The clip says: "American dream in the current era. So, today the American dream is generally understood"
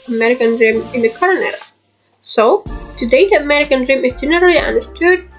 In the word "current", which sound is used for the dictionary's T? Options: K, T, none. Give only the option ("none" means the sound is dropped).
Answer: none